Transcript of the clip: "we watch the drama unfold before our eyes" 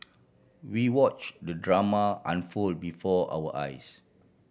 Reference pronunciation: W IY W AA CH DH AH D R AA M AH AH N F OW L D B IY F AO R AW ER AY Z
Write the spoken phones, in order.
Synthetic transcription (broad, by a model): W IY W AA CH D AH D R AA M AH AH N F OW L B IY F AO AW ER AY S